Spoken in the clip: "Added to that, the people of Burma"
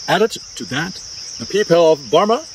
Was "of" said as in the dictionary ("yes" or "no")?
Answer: yes